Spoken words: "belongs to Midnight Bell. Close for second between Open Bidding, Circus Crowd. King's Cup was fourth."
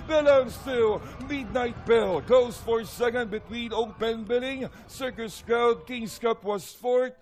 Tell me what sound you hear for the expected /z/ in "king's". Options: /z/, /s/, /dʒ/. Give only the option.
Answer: /s/